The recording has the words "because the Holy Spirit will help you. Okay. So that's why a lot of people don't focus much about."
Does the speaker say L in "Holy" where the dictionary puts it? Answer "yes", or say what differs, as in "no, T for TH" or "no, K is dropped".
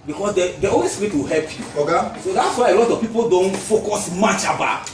no, W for L